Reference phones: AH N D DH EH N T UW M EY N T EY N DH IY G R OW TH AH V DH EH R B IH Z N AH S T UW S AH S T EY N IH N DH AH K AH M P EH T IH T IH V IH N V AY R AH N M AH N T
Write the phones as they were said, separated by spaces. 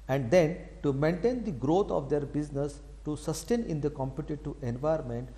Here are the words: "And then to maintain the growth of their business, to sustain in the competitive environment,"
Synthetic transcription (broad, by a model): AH N D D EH N T UW M EY N T EY N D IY G R OW T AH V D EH R B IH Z N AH S T UW S AH S T EY N IH N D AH K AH M P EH T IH T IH IH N V AY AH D M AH N T